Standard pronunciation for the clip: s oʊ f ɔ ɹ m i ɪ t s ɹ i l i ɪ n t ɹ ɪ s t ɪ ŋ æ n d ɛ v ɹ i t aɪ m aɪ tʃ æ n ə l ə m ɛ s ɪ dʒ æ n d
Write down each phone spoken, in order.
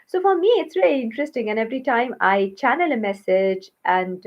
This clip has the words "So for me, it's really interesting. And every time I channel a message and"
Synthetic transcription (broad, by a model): s oʊ f ɔ ɹ m i ɪ t s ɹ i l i ɪ n t ɹ ɪ s t ɪ ŋ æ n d ɛ v ɹ i t aɪ m aɪ tʃ æ n ə l ə m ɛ s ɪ dʒ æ n d